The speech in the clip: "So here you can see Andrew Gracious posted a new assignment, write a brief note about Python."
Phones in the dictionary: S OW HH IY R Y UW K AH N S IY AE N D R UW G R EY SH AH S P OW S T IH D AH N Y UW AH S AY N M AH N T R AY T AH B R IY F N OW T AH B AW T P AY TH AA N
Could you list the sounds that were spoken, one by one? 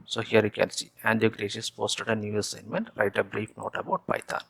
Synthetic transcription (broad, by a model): S OW HH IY R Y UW K AH N S IY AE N D UW G R EY SH AH S P OW S T IH D AH N Y UW AH S AY N M AH N T R AY T AH B R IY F N OW T AH B AW T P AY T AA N